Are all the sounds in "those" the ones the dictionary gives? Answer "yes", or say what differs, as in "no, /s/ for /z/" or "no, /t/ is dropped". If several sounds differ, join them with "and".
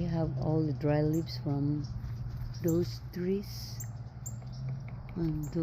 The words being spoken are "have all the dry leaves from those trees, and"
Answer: no, /s/ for /z/